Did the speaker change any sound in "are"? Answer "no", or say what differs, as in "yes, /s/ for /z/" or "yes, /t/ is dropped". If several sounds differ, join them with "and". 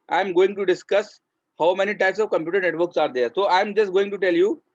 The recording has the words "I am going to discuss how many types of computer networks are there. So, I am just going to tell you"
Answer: no